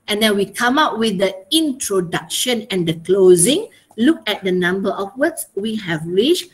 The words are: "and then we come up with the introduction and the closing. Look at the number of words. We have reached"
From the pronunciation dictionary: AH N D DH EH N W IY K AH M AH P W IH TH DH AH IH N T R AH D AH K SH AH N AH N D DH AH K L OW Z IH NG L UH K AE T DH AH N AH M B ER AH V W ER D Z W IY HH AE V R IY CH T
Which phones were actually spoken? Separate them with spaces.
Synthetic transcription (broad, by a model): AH N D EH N W IY K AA M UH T W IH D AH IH N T R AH D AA K SH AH N AH N D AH K L OW Z IH NG L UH K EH T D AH N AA M B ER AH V W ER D S W IY HH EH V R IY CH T